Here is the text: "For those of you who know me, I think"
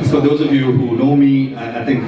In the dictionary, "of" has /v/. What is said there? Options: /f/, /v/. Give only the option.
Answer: /v/